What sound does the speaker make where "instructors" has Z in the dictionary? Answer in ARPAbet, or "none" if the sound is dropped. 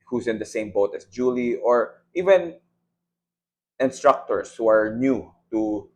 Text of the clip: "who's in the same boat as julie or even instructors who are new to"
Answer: S